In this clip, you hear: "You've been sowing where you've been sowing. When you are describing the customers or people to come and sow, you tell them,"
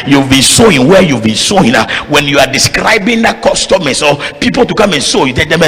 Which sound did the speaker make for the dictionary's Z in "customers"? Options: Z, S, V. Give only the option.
S